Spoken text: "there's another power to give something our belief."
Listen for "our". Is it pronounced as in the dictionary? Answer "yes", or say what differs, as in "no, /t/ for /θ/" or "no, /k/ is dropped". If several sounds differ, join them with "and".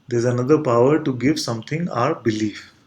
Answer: yes